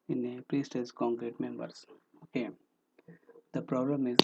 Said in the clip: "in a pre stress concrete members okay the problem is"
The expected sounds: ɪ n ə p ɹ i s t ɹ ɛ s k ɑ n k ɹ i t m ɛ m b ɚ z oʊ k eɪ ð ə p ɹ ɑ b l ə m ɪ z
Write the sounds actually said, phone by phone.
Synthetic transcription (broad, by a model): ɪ n ə p ɹ i s t ɛ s k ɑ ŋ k ɹ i t m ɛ m b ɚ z oʊ k eɪ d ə p ɹ ɑ b l ə m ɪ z